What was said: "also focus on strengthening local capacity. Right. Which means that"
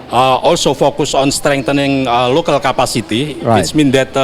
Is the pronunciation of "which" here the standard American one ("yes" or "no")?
no